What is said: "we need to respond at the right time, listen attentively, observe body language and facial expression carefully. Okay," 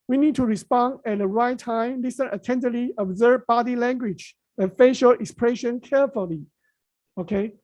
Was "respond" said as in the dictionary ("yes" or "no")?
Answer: yes